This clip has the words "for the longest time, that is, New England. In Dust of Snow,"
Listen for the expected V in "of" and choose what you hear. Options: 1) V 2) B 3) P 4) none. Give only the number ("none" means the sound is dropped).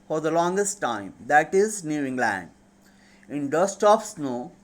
3